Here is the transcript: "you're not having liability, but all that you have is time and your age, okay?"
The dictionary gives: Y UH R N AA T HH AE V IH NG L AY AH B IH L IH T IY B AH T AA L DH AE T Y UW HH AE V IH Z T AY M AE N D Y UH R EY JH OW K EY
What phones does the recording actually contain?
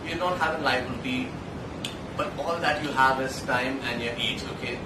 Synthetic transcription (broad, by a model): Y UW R N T HH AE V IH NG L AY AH IH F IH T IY B AH T AA L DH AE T Y UW HH AE V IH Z T AY M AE N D Y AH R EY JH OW K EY